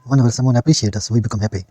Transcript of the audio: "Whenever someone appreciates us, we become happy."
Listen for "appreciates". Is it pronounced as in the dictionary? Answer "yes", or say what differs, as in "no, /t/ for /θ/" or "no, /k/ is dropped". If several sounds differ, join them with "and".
no, /s/ is dropped